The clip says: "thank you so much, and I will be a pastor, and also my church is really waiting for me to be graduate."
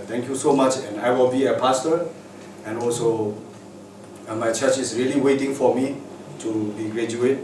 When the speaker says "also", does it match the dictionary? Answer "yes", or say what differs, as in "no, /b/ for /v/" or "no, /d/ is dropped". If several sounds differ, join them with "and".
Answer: yes